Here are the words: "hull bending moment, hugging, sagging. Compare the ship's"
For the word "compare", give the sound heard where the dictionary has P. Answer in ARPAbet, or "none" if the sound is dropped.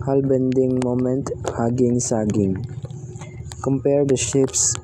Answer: P